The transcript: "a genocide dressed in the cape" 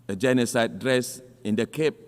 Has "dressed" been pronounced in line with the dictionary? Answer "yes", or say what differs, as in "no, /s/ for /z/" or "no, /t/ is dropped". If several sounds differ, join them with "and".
no, /t/ is dropped